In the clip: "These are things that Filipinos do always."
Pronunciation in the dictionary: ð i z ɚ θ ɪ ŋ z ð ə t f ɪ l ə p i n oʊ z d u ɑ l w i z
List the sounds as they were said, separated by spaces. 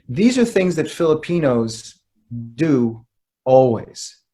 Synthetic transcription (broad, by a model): ð i z ɚ θ ɪ ŋ z ð ə t f ɪ l ə p i n oʊ z d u ɑ l w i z